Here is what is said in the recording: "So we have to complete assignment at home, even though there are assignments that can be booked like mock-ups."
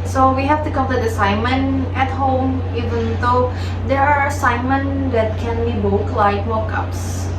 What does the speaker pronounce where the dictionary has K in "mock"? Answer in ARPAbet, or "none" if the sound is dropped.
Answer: K